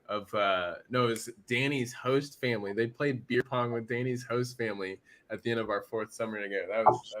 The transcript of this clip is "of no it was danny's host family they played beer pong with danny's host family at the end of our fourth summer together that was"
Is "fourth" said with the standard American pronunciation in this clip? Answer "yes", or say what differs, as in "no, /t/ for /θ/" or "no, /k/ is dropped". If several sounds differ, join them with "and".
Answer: yes